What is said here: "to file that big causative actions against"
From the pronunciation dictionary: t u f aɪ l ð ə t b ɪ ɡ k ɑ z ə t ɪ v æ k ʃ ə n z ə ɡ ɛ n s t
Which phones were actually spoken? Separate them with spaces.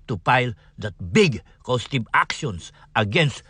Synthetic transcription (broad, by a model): t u p aɪ l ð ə t b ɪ ɡ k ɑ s t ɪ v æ k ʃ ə n s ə ɡ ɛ n s t